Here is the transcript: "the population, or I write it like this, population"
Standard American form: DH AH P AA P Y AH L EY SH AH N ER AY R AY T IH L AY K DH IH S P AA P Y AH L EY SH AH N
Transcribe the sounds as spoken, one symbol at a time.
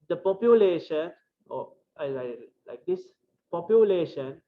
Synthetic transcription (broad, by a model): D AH P AA P Y AH L EY SH AH N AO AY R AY IH L AY K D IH S P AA P Y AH L EY SH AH N